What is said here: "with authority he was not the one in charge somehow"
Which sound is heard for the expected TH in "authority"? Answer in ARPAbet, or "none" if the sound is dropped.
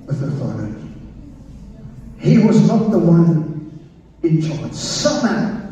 F